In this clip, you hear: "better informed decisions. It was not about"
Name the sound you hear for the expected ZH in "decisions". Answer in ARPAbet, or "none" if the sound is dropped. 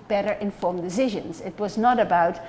ZH